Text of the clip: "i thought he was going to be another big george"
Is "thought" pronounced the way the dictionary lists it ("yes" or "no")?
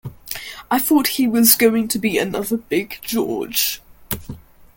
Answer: yes